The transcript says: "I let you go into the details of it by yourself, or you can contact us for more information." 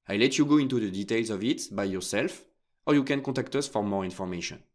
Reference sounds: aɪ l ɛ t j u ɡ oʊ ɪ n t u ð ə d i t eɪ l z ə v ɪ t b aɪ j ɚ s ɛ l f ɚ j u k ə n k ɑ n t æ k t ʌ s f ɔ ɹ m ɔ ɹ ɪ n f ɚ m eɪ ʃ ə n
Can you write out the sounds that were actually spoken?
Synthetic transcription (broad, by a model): aɪ l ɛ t j u ɡ oʊ ɪ n t u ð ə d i t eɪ l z ə v ɪ t b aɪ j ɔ s ɛ l f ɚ j u k ə n k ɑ t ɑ k t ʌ s f ɔ ɹ m ɔ ɹ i n f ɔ m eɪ ʃ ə n